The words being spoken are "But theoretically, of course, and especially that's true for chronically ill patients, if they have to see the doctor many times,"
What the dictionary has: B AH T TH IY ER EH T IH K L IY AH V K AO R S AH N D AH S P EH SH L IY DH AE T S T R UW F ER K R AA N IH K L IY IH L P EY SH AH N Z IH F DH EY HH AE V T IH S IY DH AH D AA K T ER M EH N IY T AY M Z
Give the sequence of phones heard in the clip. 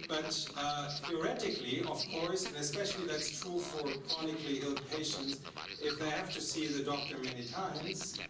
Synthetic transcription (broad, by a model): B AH T TH IY ER EH T IH K L IY AH V K AO R S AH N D AH S P EH SH L IY DH AE T S T R UW F ER K R AA N IH K L IY IH L P EY SH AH N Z IH F DH EY HH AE F T IH S IY DH AH D AA K T ER M EH N IY T AY M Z